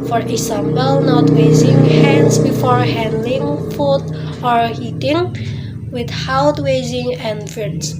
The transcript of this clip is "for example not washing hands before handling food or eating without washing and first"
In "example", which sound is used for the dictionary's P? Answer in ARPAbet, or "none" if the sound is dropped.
B